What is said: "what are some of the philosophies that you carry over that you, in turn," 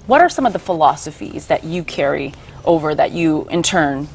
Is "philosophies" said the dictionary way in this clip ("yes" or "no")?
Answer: yes